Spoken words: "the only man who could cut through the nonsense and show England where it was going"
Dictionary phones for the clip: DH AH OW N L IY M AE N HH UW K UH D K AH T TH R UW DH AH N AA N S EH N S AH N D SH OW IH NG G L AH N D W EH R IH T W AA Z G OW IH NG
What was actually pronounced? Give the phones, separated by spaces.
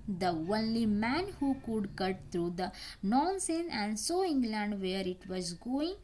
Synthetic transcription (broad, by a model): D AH OW N L IY M AE N HH UW K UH D K AH T T R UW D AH N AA N S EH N AH N D S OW IH NG G L AH N D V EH R IH T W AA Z G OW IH NG